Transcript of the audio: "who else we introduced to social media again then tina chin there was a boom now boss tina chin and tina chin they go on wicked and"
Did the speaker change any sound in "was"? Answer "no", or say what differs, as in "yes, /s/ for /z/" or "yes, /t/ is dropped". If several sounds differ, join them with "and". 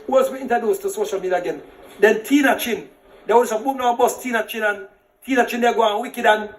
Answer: yes, /s/ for /z/